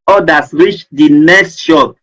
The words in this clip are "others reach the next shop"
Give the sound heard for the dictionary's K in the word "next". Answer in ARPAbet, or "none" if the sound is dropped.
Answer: K